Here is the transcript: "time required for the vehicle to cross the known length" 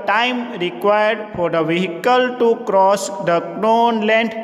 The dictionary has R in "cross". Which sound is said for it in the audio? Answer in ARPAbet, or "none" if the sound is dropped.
R